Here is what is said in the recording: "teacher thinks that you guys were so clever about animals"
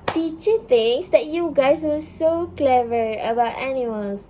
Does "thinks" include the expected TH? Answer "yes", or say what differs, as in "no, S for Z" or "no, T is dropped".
no, T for TH